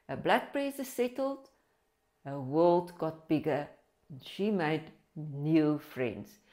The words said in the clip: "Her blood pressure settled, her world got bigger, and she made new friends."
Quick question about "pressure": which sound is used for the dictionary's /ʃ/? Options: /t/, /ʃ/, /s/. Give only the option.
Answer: /s/